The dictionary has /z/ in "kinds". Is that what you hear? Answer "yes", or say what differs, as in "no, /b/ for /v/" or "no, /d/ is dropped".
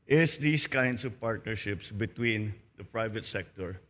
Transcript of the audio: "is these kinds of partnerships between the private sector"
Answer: no, /s/ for /z/